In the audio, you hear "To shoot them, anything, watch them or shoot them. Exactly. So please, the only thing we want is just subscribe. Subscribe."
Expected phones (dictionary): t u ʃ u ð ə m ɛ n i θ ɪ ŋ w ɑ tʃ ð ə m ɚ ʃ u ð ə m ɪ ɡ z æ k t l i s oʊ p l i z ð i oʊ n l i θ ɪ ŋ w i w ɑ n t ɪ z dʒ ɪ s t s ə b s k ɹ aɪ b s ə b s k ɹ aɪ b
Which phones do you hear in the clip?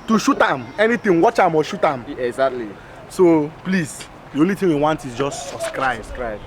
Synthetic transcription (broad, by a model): t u ʃ u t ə m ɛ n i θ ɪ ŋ w ɑ tʃ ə m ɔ ʃ u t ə m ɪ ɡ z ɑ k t l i s oʊ p l i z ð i oʊ n l i t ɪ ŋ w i w ɑ n t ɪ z dʒ ɪ s t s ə s k ɹ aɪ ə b s k ɹ aɪ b